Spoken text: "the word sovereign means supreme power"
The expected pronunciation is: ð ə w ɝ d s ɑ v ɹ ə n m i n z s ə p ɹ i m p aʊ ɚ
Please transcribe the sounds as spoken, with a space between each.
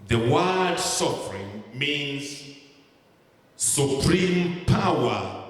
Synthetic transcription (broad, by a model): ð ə w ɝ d s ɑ f ɹ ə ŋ m i n z s ə p ɹ i m p aʊ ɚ